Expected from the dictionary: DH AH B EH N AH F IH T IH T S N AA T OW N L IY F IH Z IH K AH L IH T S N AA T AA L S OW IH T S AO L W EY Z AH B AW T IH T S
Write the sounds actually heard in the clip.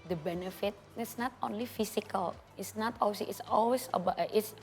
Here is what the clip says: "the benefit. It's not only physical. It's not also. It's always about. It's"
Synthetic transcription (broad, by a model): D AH B EH N AH F IH T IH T S N AA T OW N L IY F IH S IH K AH L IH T S N AA T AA W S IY IH T S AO L W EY S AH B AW T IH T S